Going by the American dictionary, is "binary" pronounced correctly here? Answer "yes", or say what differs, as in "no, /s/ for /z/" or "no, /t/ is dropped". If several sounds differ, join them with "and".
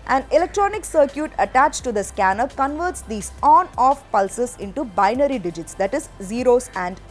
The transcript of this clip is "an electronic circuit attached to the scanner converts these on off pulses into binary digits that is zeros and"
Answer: yes